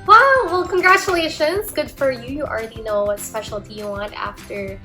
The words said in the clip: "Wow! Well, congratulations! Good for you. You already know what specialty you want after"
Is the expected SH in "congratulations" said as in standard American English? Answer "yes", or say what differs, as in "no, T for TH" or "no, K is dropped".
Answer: yes